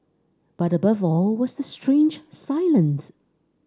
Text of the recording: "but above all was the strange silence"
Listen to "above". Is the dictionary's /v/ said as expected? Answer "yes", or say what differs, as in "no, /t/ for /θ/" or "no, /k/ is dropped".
yes